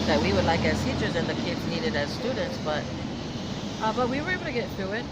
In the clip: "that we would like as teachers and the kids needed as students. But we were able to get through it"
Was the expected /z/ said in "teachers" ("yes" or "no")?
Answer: yes